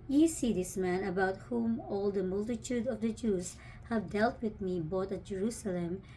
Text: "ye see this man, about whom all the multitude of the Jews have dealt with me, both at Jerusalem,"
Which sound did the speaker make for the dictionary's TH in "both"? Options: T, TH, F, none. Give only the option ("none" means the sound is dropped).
T